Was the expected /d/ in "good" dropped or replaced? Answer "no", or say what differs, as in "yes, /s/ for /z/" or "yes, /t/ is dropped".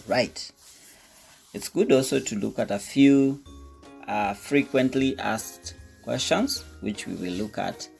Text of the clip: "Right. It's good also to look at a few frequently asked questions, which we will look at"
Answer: no